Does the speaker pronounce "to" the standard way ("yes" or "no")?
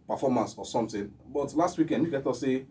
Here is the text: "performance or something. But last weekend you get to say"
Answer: yes